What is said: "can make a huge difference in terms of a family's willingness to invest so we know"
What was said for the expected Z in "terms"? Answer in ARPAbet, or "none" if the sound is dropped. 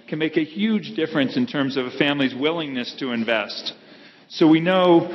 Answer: Z